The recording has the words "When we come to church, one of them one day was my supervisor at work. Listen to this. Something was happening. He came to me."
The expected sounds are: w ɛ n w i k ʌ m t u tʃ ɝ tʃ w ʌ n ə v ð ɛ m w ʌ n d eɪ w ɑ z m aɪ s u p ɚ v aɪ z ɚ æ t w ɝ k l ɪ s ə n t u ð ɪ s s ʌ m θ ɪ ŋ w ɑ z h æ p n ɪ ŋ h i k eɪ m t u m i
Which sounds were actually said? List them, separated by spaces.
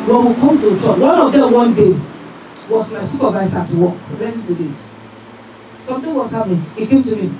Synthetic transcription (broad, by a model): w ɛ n w i k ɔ m t u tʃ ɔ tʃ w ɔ n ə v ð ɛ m w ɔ n d eɪ w ɑ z m aɪ s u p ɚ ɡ aɪ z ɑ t w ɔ k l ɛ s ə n t u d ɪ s s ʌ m t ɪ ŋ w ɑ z h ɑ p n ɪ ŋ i k eɪ m t u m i